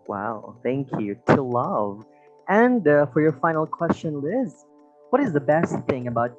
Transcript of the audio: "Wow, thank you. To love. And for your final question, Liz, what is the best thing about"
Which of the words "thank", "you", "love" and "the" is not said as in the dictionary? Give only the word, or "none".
none